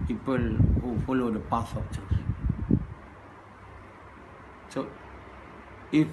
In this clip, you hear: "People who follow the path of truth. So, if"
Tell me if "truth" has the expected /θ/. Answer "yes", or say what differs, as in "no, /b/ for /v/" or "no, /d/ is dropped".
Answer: no, /s/ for /θ/